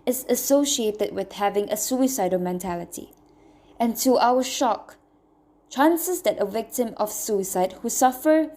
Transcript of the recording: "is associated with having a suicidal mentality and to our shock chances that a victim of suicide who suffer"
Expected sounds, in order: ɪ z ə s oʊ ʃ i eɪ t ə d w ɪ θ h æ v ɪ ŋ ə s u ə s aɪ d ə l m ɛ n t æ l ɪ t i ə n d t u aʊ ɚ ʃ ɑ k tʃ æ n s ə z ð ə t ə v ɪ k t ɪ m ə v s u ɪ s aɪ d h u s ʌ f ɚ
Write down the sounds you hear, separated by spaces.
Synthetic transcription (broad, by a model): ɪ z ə s oʊ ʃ i eɪ t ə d w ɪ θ h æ v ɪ ŋ ə s u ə s aɪ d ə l m ɛ n t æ l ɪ t i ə n t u aʊ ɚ ʃ ɑ k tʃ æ n s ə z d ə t ə v ɪ k t ɪ m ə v s u ɪ s aɪ d h u s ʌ f ɚ